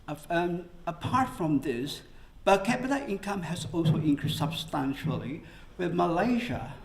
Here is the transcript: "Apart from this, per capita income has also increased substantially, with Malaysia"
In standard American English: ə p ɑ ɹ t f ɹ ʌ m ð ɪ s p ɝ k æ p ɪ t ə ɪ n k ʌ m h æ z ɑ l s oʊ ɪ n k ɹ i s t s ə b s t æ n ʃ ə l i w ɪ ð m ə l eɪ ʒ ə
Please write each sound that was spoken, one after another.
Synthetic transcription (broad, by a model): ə p ɑ ɹ t f ɹ ʌ m ð ɪ s b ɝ k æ b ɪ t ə ɪ n k ʌ m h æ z ɑ l s oʊ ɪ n k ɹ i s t s ə b s t æ n ʃ ə l i w ɪ ð m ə l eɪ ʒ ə